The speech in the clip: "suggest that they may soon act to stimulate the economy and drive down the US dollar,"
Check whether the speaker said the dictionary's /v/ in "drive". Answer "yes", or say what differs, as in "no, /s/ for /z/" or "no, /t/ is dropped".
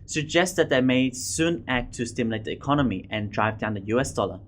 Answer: yes